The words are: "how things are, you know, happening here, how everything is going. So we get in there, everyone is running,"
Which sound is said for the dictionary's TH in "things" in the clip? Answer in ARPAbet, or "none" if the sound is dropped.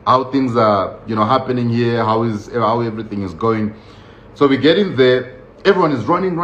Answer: TH